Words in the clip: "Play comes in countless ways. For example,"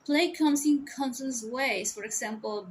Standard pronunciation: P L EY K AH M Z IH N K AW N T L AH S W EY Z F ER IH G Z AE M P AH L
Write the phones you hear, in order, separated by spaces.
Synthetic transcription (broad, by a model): P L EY K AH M S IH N K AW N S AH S W EY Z F ER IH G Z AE M P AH L